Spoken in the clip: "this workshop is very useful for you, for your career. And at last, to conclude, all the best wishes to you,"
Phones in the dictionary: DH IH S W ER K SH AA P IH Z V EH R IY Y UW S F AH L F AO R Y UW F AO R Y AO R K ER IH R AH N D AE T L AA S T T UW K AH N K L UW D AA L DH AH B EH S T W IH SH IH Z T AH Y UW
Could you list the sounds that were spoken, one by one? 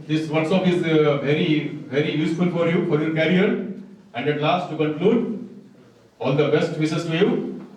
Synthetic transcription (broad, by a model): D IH S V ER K S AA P IH Z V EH R IY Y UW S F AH L F AO R Y UW F AO R Y AO R K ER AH R AH N D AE T L AA S T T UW K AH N K L UW D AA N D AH B EH S T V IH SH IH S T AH Y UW